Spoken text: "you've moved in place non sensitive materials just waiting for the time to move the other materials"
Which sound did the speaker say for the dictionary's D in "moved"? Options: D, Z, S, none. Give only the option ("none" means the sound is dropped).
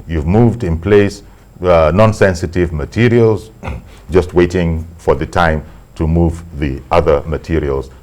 D